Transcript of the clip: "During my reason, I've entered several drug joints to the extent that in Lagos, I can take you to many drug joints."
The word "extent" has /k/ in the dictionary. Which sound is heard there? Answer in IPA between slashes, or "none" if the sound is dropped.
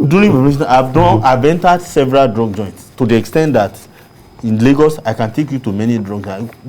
/k/